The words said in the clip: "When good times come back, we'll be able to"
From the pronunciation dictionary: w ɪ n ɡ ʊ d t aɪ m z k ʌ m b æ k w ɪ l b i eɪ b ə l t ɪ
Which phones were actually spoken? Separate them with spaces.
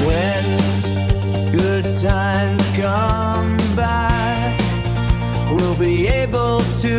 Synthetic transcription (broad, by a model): w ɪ n ɡ ʊ d t aɪ m k ʌ m b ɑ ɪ w ɪ l b i eɪ b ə l t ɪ